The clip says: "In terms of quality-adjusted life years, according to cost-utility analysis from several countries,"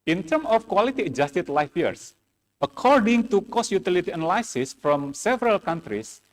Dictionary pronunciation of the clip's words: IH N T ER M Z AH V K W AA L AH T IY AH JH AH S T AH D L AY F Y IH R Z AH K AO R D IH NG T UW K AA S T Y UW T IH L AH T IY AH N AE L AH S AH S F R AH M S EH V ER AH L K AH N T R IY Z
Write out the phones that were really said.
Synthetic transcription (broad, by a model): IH N T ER M AH F K W AA L AH T IY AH JH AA S T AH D L AY F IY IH R S AH K AO R D IH NG T UW K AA S Y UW T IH L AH T IY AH N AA L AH S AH S F R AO M S EH V ER AH L K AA N T R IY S